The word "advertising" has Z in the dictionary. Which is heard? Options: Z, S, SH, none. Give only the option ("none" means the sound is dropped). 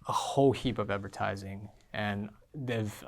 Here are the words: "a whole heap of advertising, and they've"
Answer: Z